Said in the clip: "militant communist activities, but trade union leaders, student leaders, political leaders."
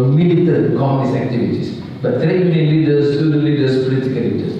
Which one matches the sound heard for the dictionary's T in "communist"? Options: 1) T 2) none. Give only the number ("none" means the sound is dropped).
2